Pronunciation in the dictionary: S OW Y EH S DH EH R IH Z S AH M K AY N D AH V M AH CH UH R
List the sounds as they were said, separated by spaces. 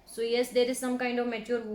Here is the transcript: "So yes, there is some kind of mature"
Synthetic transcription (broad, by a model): S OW Y EH S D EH R IH Z S AH M K AY N D AH V M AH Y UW R